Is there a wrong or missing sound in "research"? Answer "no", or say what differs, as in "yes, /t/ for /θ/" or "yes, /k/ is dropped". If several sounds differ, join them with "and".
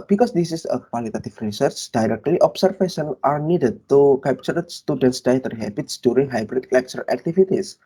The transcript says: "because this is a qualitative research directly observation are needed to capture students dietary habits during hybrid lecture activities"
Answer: no